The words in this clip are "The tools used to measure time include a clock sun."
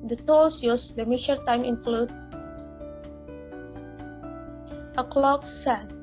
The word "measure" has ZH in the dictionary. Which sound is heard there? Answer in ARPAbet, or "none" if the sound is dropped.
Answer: SH